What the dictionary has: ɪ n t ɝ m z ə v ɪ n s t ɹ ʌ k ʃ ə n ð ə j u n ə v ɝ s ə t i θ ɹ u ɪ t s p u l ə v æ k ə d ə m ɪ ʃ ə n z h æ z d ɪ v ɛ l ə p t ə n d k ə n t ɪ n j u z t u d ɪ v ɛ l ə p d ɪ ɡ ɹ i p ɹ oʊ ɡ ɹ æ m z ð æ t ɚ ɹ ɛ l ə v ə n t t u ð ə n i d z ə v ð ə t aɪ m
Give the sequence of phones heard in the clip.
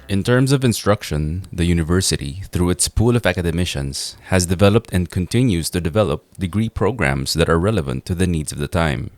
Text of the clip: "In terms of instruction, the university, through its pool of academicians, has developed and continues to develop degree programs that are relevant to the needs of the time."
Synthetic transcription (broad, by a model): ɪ n t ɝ m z ə v ɪ n s t ɹ ʌ k ʃ ə n ð ə j u n ə v ɝ s ə t i θ ɹ u ɪ t s p u l ə v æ k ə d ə m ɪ ʃ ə n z h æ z d ɪ v ɛ l ə p t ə n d k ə n t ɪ n j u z t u d ɪ v ɛ l ə p d ɪ ɡ ɹ i p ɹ oʊ ɡ ɹ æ m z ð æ t ɚ ɹ ɛ l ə v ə n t t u ð ə n i d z ə v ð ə t aɪ m